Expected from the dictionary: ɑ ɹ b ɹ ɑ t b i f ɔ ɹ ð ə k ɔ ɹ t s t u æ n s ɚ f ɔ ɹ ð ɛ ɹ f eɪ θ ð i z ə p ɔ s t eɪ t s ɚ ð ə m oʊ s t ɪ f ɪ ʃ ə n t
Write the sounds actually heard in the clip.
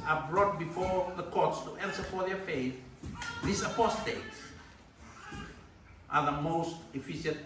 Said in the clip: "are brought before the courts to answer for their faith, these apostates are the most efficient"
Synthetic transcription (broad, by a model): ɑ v b ɹ ɑ t b i f ɔ ɹ ð ə k ɔ ɹ t s t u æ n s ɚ f ɔ ɹ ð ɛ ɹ f eɪ θ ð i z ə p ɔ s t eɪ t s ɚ ð ə m oʊ s t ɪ f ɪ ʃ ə n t